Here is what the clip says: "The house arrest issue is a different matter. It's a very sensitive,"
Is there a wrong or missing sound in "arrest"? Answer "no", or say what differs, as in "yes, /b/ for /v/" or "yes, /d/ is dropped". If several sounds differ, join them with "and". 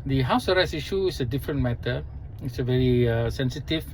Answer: yes, /t/ is dropped